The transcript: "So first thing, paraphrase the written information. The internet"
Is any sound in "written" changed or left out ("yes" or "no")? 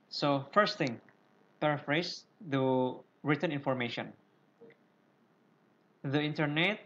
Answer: no